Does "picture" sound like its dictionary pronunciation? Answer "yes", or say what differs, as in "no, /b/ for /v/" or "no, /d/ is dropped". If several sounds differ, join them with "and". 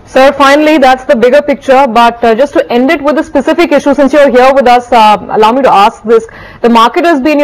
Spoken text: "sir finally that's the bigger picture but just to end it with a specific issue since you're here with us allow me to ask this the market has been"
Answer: yes